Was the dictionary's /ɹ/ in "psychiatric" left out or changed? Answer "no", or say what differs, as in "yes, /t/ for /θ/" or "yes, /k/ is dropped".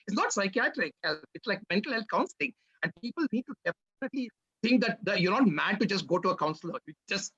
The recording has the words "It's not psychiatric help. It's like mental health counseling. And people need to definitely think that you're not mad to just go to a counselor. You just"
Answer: no